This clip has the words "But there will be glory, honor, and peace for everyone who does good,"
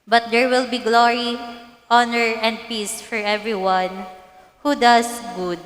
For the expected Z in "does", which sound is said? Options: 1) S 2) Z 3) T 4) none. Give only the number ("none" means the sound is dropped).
1